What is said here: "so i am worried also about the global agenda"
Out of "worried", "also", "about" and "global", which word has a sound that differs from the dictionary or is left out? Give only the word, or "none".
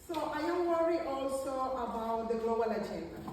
worried